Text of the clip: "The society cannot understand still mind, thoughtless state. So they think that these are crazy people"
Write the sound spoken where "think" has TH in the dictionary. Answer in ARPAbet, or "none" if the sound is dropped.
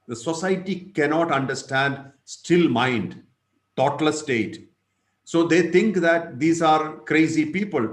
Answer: T